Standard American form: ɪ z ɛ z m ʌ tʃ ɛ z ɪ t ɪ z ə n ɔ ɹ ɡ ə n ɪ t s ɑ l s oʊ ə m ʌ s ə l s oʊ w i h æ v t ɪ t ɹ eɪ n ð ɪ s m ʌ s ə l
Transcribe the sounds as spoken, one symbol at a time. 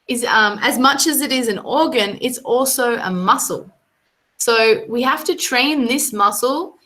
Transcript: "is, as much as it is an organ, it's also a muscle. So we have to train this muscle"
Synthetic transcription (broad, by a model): ɪ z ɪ z m ʌ tʃ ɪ z ɪ t ɪ z ə n ɔ ɹ ɡ ə n ɪ t s ɑ l s oʊ ə m ʌ s l s oʊ w i h æ f t ɪ t ɹ eɪ n ð ɪ s m ʌ s l